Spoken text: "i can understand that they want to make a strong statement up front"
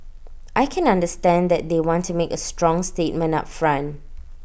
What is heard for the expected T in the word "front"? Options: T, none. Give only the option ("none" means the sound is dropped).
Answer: none